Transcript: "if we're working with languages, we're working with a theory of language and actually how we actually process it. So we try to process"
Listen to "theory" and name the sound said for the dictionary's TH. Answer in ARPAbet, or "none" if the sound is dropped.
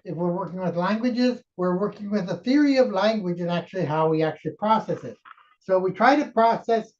TH